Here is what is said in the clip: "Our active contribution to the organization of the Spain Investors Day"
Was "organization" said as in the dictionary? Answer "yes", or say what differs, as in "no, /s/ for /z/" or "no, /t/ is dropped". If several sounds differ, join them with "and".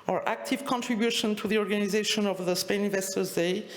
yes